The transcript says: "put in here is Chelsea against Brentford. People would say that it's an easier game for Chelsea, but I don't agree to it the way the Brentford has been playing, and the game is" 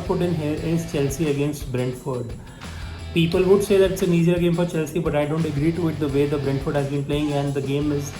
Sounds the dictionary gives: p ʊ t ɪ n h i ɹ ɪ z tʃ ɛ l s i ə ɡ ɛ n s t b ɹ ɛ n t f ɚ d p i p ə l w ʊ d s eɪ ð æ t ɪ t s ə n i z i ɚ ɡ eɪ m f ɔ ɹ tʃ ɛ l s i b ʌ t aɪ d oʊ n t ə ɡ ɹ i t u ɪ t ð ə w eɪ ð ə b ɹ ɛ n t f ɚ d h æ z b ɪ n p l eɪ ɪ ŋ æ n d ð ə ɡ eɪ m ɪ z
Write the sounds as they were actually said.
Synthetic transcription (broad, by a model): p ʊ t ɪ n h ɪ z tʃ ɛ l s i ə ɡ ɛ n s t b ɹ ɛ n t f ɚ d p i p ə l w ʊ d s eɪ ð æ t ɪ t s ə n i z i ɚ ɡ eɪ m f ɔ ɹ tʃ ɛ l s i b ʌ t aɪ d oʊ n t ə ɡ ɹ i t u ɪ t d ə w eɪ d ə b ɹ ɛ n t f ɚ d h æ z b ɪ n p l eɪ ɪ ŋ æ n d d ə ɡ eɪ m ɪ z